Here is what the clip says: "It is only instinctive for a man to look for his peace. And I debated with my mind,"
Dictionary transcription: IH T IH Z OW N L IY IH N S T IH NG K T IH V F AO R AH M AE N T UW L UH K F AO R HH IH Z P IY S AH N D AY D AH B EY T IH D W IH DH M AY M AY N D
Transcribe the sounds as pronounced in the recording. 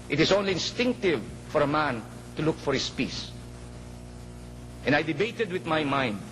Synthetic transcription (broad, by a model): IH T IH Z OW N L IY IH N S T IH NG K T IH V F AO R AH M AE N T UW L UH K F AO R HH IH S P IY S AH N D AY D AH B EY T IH D W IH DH M AY M AY N D